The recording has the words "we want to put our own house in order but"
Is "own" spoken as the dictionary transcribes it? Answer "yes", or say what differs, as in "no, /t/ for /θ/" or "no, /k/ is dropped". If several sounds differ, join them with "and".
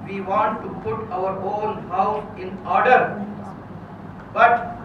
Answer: no, /l/ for /n/